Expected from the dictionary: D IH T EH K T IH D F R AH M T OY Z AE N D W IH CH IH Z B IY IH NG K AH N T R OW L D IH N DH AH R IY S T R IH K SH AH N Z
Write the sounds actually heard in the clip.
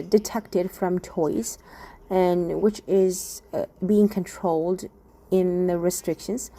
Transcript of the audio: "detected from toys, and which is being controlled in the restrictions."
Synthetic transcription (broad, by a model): D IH T EH K T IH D F R AH M T OY Z N W IH CH IH Z B IY IH NG K AH N T R OW L D IH N DH AH R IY S T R IH K SH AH N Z